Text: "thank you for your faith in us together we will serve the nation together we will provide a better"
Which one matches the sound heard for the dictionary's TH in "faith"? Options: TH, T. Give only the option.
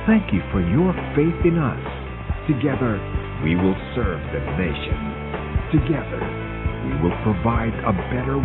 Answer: TH